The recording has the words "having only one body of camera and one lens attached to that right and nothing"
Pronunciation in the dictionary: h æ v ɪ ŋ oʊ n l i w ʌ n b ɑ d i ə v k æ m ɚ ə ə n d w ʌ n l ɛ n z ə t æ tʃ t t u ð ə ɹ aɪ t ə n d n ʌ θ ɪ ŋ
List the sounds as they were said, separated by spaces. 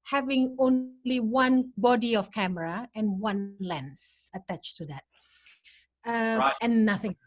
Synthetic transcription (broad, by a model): h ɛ v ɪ ŋ oʊ n l i w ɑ n b ɑ d i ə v k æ m ɚ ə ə n w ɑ n l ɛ n s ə t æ tʃ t t u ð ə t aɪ ə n n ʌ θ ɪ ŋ